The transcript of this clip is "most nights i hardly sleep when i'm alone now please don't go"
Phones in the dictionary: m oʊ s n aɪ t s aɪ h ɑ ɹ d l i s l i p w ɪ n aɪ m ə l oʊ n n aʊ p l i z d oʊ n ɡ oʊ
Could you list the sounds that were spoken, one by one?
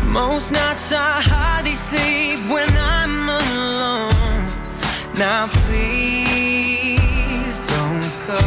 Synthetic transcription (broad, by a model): m oʊ s n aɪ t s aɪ h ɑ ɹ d i s l i p w ɪ n aɪ m ə l oʊ n n aʊ p l i z d oʊ n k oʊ